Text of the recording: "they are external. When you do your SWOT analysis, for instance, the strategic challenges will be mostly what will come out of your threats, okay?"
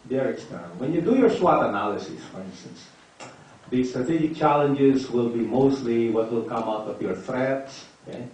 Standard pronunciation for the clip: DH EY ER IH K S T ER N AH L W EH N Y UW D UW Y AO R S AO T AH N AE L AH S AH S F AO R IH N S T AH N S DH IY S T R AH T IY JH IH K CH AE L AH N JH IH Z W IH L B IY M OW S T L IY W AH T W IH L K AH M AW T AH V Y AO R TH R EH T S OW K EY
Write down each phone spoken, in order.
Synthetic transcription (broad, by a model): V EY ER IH K S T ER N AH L W EH N Y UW D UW Y AO R S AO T AH N AE L AH S AH S F AO R IH N S T AH N S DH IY S T R AH T IY JH IH K CH AE L AH N JH IH Z W IH L B IY M OW S T L IY W AH T W IH L K AH M AW T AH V Y AO R TH R EH T S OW K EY